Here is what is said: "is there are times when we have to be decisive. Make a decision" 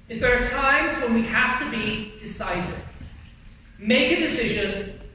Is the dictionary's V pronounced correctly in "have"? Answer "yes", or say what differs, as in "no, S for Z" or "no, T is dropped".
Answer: no, F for V